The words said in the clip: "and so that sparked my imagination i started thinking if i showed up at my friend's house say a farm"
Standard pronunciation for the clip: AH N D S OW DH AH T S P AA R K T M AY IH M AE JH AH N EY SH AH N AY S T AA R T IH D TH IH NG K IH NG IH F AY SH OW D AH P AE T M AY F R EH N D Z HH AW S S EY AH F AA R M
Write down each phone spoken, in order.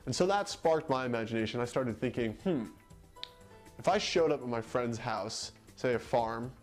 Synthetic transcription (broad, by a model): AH N S OW DH AH T S P AA R K T M AY IH M AE JH AH N EY SH AH N AY S T AA R T IH D TH IH NG K IH NG IH F AY SH OW D AH P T M AY F R EH N D Z HH AW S S EY AH F AA R M